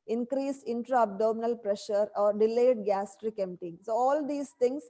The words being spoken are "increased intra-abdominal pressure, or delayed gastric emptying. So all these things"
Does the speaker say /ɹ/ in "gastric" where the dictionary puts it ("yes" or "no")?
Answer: yes